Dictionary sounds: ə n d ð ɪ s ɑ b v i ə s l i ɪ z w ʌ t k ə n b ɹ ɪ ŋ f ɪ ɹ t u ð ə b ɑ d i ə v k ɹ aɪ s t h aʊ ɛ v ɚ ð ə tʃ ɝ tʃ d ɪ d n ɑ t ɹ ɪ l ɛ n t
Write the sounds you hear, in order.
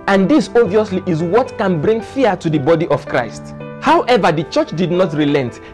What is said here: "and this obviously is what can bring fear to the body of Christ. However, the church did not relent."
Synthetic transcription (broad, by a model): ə n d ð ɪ s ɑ v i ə s l i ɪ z w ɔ t k ə n b ɹ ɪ ŋ f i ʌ t u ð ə b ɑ d i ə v k ɹ aɪ s t h aʊ ɛ v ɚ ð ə tʃ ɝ tʃ d ɪ d n ɑ t ɹ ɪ l ɛ n t